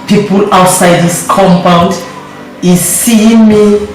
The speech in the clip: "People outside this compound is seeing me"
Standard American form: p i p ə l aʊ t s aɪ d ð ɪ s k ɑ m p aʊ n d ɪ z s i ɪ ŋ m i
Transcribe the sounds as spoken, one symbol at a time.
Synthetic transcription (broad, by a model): p i p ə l aʊ t s aɪ d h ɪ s k ɑ m p aʊ n d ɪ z s i ɪ ŋ m i